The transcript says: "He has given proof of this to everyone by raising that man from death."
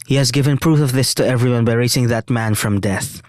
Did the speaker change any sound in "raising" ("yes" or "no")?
yes